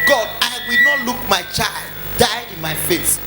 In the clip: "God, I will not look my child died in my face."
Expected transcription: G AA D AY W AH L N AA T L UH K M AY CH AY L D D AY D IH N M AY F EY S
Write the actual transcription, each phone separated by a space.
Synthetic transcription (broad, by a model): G AA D AY W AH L N AA T L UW K M AY CH AY L D D AY IH N M AY F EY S